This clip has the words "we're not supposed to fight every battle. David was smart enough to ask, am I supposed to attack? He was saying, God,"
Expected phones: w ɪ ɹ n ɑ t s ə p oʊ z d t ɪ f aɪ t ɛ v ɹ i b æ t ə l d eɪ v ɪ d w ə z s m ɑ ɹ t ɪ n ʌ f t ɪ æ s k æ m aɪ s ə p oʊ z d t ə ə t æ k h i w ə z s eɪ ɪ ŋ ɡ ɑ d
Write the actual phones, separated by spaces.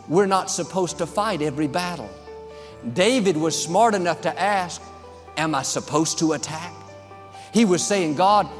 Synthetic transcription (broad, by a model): w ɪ ɹ n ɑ t s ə p oʊ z t ɪ f aɪ t ɛ v ɹ i b æ t l d eɪ v ɪ d w ə z s m ɑ ɹ t ɪ n ʌ f t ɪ æ s k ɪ m aɪ s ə p oʊ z t ə ə t æ k h i w ə z s eɪ ɪ ŋ ɡ ɑ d